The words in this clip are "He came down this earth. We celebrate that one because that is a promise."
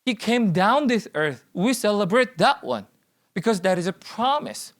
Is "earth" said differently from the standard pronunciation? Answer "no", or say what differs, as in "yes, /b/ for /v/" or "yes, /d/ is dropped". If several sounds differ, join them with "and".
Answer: no